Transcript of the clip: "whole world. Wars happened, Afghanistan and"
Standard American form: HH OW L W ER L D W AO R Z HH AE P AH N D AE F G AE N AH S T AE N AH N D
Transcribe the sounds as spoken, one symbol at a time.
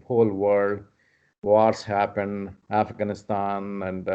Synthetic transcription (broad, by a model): HH OW L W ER D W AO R S HH AE P AH N D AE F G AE N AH S T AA N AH N D